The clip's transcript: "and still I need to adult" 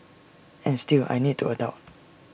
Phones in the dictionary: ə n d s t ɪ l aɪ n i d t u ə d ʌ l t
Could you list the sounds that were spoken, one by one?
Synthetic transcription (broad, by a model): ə n s t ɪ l aɪ n i d t u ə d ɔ t